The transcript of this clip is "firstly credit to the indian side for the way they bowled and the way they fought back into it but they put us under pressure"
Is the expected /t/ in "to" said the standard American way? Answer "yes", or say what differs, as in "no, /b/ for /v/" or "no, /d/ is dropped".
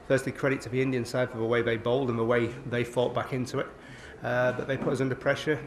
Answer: no, /s/ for /t/